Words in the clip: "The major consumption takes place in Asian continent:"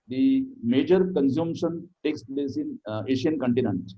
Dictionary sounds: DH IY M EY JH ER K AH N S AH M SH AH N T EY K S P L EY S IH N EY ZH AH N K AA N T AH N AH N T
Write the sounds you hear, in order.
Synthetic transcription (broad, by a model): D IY M EY JH ER K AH N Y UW M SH AH N T EY K S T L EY S IH N EY SH AH N K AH N T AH N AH N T